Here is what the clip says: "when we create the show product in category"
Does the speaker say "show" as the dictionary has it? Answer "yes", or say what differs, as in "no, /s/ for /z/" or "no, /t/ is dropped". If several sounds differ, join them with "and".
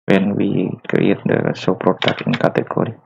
no, /s/ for /ʃ/